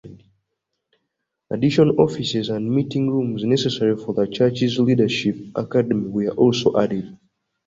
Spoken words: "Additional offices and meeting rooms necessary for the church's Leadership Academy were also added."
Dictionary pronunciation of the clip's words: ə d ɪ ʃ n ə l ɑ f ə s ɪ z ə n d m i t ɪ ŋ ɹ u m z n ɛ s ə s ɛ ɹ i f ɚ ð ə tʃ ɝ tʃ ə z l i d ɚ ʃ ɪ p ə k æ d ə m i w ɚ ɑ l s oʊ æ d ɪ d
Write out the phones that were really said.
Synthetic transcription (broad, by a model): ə d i ʃ ə n ɑ f ə s ɪ z ə n d m i t ɪ ŋ ɹ u m z n ɛ s ə s ɛ ɹ i f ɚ ð ə tʃ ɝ tʃ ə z l i d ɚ ʃ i p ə k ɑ d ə m i w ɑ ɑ l s oʊ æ d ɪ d